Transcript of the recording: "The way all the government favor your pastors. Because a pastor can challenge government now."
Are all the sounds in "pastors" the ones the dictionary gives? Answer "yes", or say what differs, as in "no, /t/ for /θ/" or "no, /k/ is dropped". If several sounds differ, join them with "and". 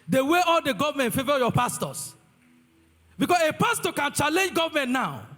no, /s/ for /z/